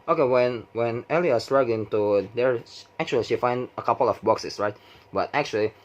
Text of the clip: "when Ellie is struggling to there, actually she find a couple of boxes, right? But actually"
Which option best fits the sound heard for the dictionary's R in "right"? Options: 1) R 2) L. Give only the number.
1